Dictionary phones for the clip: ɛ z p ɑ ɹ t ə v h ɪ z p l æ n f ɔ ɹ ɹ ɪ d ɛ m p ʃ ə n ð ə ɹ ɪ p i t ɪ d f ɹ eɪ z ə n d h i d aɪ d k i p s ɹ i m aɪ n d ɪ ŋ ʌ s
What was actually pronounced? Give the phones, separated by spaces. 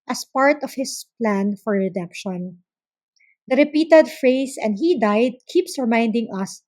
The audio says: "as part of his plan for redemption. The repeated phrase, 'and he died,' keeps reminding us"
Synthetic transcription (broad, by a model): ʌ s p ɑ ɹ t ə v h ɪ s p l æ n f ɔ ɹ ɹ ɪ d ɛ m p ʃ ə n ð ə ɹ ɪ p i t ɪ d f ɹ eɪ s ə n d h i d aɪ d k i p s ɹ m aɪ n d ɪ ŋ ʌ s